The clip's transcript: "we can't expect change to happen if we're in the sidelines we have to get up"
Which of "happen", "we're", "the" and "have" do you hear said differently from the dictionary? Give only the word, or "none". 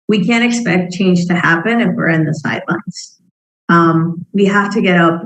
have